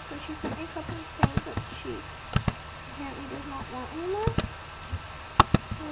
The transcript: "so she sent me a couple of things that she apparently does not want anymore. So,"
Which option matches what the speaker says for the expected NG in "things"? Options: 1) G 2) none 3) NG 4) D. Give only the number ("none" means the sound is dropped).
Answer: 2